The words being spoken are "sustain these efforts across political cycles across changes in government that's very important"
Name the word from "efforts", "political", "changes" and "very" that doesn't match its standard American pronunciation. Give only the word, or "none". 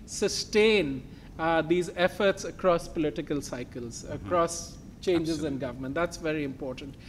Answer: none